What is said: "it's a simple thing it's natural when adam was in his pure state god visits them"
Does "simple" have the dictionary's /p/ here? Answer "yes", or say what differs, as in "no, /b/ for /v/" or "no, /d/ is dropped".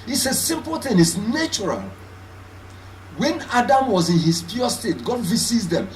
yes